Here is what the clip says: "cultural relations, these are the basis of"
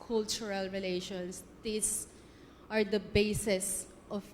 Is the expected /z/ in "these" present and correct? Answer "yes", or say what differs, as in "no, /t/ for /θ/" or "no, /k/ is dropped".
no, /s/ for /z/